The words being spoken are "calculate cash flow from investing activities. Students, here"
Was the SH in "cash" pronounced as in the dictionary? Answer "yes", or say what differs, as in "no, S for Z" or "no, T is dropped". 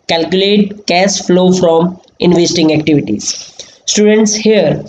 no, S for SH